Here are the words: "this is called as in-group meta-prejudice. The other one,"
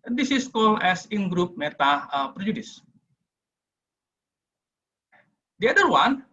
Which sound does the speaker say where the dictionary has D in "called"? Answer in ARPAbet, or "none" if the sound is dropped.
none